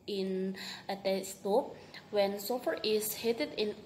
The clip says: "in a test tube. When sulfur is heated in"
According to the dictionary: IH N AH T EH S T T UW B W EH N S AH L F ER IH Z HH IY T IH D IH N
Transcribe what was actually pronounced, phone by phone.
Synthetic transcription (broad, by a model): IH N AH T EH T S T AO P W EH N S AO F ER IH S HH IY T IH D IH N